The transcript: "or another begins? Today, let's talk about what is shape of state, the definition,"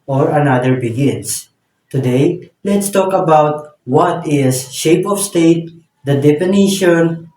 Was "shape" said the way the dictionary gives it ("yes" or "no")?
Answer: yes